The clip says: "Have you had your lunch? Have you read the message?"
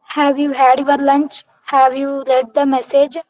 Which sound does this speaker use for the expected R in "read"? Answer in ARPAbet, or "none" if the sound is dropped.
L